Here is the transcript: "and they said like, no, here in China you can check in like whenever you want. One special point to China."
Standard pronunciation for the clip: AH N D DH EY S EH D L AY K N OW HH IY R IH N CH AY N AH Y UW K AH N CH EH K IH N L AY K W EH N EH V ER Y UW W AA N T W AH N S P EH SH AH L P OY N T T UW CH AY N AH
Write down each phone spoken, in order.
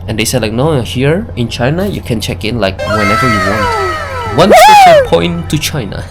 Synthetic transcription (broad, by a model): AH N D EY S EH D L AY K N OW HH IY R IH N CH AY N AH Y UW K AH N CH EH K IH N L AY K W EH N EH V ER Y UW W AA N T W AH N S EH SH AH P OY N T T UW CH AY N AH